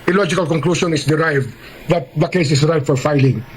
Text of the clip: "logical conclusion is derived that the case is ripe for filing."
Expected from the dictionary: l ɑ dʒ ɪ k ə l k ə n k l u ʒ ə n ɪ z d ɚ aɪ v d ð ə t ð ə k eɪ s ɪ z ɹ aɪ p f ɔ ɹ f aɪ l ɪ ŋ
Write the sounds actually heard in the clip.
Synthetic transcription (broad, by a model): l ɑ dʒ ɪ k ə l k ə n k l u ʃ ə n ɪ s d ɚ aɪ v d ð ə t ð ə k eɪ s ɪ s ɹ aɪ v f ɔ ɹ f aɪ l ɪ ŋ